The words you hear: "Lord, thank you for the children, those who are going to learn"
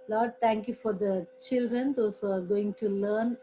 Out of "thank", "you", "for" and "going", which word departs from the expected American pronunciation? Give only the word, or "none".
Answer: thank